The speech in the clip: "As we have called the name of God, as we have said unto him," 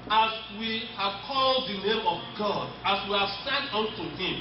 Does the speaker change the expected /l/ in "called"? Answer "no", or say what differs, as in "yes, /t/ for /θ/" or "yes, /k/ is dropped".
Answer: no